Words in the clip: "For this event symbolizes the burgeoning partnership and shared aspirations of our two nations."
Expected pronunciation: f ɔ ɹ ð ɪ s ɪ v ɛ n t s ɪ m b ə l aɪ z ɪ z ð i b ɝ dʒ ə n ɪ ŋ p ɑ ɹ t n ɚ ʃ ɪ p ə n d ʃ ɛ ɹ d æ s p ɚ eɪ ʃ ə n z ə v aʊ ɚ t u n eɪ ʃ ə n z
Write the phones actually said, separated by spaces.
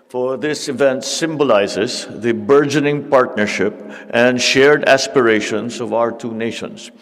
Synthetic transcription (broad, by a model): f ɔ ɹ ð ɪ s ɪ v ɛ n t s ɪ m b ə l aɪ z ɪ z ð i b ɝ dʒ ə n ɪ ŋ p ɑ ɹ t n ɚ ʃ ɪ p ə n d ʃ ɛ ɹ d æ s p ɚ eɪ ʃ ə n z ə v aʊ ɚ t u n eɪ ʃ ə n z